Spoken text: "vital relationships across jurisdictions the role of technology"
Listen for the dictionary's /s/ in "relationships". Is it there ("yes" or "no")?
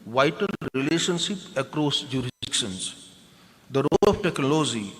no